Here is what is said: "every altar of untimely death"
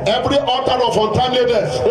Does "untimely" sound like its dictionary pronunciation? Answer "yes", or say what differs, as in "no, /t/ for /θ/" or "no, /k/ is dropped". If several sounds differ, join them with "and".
no, /l/ is dropped